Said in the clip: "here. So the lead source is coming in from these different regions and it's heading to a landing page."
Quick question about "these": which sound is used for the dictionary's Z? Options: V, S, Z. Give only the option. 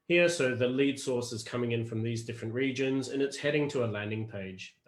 Z